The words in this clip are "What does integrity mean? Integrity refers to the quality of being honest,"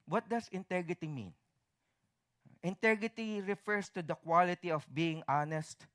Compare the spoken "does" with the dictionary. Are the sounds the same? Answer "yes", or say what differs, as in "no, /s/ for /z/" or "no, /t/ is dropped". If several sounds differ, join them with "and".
no, /s/ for /z/